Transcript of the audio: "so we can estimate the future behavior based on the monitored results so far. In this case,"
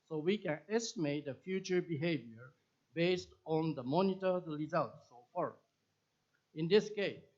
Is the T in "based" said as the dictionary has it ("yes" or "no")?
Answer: yes